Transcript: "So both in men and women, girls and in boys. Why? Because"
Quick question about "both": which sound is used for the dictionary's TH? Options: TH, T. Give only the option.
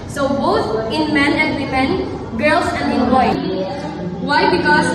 T